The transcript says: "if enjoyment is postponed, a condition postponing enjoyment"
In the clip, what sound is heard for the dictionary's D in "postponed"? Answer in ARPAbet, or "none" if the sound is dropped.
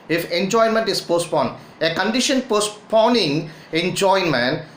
none